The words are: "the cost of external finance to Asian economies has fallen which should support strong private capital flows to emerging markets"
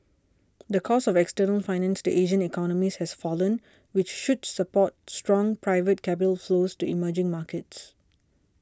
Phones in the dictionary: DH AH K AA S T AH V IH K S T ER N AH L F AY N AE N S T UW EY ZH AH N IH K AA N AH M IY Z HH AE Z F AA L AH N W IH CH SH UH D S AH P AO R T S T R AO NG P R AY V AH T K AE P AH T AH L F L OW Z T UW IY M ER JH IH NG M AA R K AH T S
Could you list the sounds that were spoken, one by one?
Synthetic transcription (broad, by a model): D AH K AA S AH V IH K S T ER N AH L F AY N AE N S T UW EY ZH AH N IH K AA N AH M IY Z HH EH S F AA L AH N W IH CH SH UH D S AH P AO T S T R AO NG P R AY V AH T K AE P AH T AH L F L OW S T UW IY M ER JH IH NG M AA K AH T S